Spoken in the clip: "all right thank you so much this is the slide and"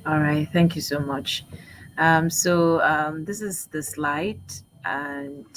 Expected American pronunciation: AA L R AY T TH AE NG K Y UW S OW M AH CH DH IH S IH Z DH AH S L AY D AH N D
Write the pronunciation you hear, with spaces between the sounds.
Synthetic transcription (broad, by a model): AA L R AY T TH AE NG K Y UW S OW M AH CH DH IH S IH Z DH AH S L AY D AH N